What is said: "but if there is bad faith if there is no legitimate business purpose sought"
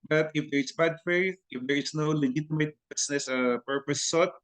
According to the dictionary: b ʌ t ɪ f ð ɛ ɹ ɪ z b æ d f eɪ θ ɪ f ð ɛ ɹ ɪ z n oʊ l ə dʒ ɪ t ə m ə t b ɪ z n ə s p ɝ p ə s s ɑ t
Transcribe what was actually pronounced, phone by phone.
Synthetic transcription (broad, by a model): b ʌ t ɪ f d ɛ ɹ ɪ s b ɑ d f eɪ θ ɪ f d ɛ ɹ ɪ s n oʊ l ə dʒ ɪ t ə m ə t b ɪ s n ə s p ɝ p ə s s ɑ t